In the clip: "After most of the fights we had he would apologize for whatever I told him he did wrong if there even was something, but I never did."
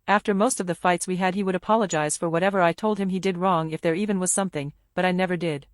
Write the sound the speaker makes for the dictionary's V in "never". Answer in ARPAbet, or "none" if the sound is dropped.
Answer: V